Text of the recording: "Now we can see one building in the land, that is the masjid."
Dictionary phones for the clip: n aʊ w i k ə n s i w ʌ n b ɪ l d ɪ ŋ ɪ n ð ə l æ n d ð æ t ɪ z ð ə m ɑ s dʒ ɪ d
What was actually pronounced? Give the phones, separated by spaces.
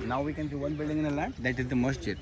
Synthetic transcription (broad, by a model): n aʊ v i k ə n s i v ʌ n b ɪ l d ɪ ŋ ɪ n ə l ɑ d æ t ɪ z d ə m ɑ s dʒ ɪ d